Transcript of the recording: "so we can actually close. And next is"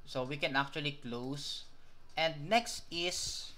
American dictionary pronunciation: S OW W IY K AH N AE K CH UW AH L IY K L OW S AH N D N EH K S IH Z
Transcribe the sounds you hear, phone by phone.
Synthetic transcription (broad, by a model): S OW W IY K AH N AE K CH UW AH L IY K L OW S AH N D N EH K S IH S